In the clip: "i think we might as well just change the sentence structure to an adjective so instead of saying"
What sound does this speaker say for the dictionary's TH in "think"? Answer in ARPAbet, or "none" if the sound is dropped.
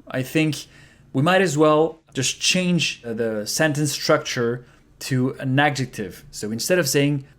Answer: TH